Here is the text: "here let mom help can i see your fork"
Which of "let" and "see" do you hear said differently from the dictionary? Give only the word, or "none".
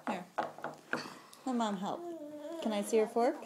let